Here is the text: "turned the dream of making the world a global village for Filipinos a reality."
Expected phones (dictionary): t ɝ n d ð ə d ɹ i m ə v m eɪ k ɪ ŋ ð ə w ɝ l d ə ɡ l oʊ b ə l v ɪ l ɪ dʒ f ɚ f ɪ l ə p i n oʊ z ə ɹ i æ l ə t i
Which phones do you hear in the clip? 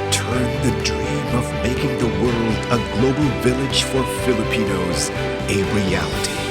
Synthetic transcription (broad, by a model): t ɝ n ð ə d ɹ i m ə v m eɪ k ɪ ŋ ð ə w ɝ l d ə ɡ l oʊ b l v ɪ l ɪ dʒ f ɚ f ɪ l ə p i n oʊ z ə ɹ i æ l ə t i